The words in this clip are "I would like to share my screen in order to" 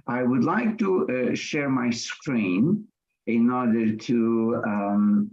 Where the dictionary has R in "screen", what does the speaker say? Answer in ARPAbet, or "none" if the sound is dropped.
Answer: R